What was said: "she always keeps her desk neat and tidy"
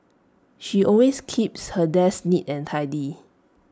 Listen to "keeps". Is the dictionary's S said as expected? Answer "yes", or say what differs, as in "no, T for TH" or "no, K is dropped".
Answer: yes